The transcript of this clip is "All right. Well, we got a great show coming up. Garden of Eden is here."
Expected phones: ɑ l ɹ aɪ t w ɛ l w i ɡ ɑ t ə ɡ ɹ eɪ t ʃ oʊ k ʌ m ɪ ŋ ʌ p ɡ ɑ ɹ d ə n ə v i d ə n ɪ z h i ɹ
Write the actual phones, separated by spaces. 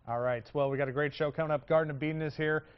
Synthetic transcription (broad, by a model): ɑ l ɹ aɪ t w ɛ l w i ɡ ɑ t ə ɡ ɹ eɪ t ʃ oʊ k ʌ ɪ ʌ p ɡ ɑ ɹ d n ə b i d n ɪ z h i ɹ